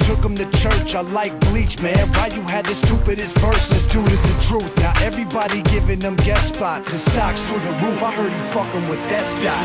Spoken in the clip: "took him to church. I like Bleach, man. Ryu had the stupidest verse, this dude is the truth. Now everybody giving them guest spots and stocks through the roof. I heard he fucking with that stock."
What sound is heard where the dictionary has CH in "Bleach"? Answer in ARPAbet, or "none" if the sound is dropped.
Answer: CH